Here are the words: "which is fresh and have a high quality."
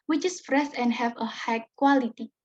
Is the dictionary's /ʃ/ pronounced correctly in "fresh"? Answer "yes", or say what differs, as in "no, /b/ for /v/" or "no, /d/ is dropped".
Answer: no, /s/ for /ʃ/